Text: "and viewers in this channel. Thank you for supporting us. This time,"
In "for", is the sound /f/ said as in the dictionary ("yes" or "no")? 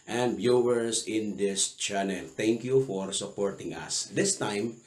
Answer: yes